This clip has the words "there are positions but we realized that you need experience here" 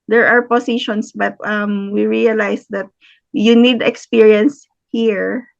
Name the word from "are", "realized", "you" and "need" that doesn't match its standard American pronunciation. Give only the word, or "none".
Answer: realized